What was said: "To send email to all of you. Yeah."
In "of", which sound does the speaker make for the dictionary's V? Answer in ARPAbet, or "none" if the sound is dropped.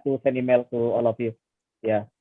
P